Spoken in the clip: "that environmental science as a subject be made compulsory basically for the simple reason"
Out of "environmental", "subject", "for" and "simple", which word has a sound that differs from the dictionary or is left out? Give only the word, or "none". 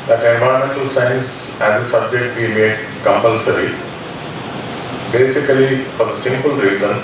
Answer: environmental